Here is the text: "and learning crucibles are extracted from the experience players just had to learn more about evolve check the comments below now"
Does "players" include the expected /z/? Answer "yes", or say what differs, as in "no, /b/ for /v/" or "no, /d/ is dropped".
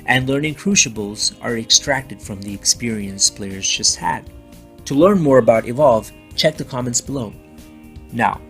yes